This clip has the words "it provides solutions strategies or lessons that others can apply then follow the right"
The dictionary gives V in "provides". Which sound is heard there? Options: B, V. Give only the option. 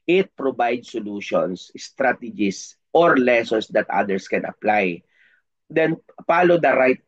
B